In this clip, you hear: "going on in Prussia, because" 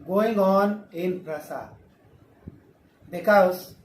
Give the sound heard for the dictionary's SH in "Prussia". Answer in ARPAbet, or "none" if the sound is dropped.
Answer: S